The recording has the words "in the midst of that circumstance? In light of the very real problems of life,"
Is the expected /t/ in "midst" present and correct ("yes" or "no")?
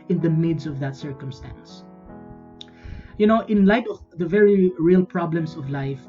no